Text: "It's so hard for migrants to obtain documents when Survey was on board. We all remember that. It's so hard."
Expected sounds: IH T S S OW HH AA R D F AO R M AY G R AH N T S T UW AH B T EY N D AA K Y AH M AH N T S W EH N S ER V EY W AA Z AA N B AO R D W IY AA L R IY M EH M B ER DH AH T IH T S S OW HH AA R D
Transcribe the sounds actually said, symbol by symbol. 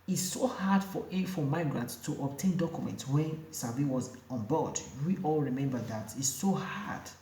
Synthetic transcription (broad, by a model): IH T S S OW HH AA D F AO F M AY G R AH N T S T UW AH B T EY N D AA K Y AH M AH N T S W EH N S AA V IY W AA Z AA N B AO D W IY AA L R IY M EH M B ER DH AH T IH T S S OW HH AA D